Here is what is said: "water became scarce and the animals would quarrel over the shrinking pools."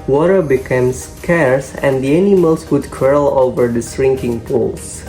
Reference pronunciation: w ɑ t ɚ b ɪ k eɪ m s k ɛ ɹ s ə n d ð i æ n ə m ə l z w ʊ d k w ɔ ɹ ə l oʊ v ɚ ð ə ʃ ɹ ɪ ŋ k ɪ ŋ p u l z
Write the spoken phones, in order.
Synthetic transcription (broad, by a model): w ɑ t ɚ b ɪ k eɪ m s k ɛ ɹ s ə n d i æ n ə m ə l s w ʊ d k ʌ ɹ l oʊ v ɚ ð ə s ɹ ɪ ŋ k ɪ ŋ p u l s